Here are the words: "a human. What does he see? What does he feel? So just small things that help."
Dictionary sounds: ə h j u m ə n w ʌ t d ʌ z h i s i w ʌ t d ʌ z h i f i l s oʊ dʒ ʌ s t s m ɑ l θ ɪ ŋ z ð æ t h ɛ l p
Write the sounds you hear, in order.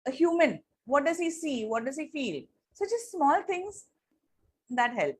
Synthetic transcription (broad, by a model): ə h j u m ə n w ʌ t d ʌ z h i s i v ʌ t d ʌ z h i f i l s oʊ tʃ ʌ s s m ɑ l t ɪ ŋ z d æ t h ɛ l p